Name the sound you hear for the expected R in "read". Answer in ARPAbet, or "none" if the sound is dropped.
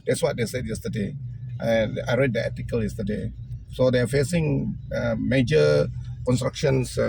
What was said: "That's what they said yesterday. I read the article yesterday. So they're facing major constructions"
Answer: R